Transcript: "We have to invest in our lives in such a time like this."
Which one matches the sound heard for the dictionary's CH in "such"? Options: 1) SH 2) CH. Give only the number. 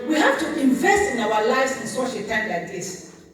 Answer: 1